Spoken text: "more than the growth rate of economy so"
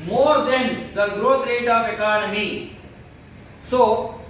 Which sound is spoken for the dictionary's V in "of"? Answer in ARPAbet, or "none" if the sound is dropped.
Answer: P